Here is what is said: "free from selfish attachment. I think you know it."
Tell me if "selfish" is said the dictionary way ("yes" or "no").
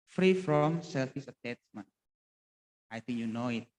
no